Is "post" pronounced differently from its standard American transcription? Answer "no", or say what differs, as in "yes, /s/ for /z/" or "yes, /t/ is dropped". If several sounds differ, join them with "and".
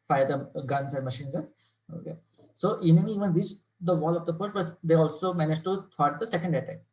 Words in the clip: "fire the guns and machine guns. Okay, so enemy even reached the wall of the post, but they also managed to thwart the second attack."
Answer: yes, /f/ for /p/